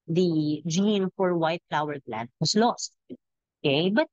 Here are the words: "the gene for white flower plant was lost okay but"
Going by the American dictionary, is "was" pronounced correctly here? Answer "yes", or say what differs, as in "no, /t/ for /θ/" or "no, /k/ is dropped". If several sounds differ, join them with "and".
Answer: no, /s/ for /z/